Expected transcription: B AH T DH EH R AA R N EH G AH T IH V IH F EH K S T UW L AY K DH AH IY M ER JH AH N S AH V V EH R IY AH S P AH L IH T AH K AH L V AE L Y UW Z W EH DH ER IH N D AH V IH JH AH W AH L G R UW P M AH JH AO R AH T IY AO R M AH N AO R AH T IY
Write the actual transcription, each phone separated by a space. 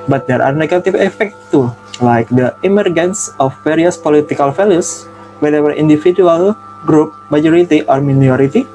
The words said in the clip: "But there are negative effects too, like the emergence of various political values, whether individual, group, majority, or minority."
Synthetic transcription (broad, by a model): B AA T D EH R AA R N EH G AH T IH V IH F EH K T T UW L AY K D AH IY M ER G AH N S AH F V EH R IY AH S P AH L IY T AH K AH L F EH L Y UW S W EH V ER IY N D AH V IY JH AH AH L G R UW P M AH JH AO R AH T IY AO R M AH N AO R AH T IY